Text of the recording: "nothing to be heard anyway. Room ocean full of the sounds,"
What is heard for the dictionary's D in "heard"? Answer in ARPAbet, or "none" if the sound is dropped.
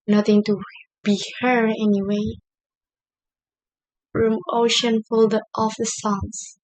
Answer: none